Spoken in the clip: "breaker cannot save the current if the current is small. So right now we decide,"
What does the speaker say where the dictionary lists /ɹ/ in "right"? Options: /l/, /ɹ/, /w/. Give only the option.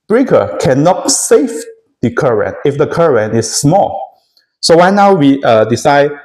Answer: /w/